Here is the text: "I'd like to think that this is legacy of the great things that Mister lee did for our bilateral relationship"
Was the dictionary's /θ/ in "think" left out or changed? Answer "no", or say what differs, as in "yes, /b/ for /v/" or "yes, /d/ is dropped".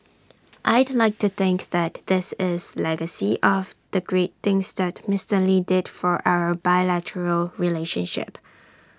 no